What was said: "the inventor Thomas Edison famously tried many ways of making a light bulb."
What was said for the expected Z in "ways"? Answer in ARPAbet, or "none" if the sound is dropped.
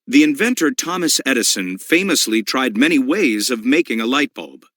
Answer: Z